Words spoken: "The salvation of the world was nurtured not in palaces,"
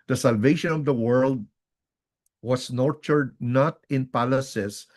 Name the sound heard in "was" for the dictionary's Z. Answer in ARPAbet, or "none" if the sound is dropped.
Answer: S